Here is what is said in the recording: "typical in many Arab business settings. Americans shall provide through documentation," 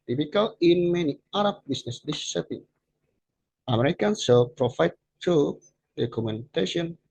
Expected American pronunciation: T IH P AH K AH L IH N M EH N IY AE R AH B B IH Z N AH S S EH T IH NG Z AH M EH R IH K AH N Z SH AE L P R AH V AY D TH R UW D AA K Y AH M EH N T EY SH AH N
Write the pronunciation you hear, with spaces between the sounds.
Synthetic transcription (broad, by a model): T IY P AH K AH L IH N M EH N IY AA R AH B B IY S N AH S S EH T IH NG AH M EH R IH K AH N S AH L P R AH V AY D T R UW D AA K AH M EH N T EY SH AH N